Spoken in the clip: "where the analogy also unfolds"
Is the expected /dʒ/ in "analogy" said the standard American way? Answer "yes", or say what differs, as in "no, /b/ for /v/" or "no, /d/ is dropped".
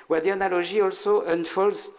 no, /ʒ/ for /dʒ/